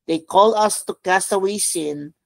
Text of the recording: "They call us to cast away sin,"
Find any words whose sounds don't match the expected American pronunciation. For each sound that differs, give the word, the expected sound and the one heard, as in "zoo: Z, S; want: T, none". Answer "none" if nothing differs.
cast: T, none